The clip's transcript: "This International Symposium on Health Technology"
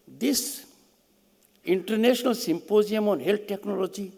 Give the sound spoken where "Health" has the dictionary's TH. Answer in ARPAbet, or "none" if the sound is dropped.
T